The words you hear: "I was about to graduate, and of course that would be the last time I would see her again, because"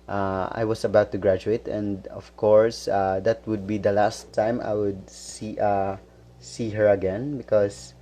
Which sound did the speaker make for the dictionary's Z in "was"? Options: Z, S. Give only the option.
S